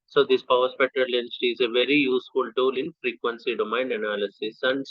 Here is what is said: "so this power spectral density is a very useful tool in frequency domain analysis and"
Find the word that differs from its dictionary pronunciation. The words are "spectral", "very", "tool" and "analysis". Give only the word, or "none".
spectral